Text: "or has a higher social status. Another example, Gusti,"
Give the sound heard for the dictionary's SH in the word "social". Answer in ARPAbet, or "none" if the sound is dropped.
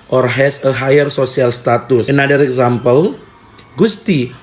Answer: S